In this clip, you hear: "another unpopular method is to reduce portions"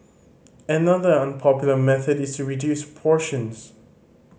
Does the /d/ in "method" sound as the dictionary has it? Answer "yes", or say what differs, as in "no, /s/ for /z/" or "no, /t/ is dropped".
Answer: yes